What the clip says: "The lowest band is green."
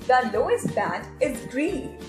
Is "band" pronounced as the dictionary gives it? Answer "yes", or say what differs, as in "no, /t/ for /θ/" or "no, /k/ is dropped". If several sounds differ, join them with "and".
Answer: no, /n/ is dropped